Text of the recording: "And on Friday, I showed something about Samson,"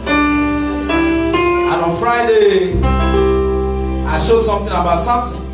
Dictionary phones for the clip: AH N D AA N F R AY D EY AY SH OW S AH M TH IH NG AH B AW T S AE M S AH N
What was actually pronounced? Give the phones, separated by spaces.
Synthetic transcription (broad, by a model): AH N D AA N F R AY D EY AY SH OW S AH M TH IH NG AH B AW T S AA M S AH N